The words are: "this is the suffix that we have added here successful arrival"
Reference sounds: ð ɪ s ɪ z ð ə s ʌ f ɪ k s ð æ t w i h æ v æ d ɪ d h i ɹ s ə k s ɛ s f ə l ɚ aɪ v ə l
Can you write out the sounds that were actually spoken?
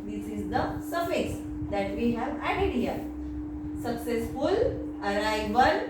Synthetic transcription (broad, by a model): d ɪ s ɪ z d ə s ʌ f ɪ s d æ t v i h æ v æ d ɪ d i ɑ s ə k s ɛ s f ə l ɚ aɪ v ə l